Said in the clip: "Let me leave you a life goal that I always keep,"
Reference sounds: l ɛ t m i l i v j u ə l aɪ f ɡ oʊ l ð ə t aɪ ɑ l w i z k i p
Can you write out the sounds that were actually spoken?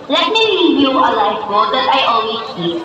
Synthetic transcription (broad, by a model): l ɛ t m i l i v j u ə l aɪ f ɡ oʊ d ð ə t aɪ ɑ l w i k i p